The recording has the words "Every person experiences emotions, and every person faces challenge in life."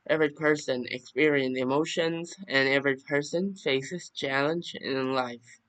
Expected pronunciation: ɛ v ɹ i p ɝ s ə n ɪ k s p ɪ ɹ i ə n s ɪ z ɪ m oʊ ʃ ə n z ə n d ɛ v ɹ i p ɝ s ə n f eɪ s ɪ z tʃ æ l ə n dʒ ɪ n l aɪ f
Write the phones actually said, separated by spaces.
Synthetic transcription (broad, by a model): ɛ v ɹ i p ɝ s ə n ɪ k s p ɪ ɹ i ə n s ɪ ɪ m oʊ ʃ ə n z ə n ɛ v ɹ i p ɝ s ə n f eɪ s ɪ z tʃ æ l ə n dʒ ɪ n l aɪ f